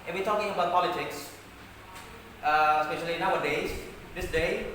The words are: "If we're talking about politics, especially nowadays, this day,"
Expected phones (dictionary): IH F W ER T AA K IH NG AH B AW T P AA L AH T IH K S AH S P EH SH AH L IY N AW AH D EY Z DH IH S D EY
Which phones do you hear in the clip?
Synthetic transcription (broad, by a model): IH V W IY T AA K IH NG AH B AW T P AA L AH T IH K S AH S P EH SH AH L IY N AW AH D EY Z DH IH S D EY